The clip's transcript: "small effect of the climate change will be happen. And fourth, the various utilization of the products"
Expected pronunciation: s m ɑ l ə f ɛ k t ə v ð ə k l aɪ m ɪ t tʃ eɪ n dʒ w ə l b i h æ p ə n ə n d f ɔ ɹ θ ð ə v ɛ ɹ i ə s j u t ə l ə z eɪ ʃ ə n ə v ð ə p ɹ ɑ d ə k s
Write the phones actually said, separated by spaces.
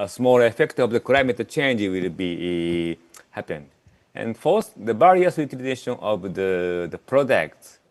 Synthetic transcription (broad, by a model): s m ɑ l ə f ɛ k t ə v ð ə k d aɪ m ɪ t tʃ eɪ n dʒ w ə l b i h æ p ə n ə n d f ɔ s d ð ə b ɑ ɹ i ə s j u t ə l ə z eɪ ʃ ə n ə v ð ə p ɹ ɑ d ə k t